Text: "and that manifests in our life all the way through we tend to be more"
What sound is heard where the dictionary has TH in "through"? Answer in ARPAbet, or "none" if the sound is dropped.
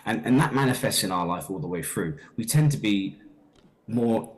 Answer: TH